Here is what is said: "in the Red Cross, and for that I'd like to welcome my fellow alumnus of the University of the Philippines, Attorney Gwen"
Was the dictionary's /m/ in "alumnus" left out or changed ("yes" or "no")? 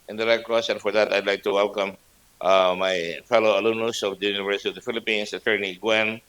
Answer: yes